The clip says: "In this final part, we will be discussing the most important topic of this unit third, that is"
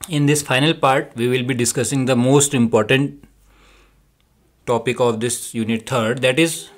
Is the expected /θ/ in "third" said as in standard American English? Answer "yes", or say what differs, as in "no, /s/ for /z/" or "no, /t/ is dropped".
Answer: no, /t/ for /θ/